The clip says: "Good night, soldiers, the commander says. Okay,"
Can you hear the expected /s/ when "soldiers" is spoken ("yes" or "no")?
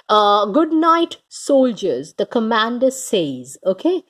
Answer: yes